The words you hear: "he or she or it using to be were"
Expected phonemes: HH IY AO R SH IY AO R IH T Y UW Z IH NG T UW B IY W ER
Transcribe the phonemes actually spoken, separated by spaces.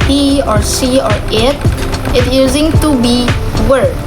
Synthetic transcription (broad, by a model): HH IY AO R S IY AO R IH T Y UW Z IH NG T UW B IY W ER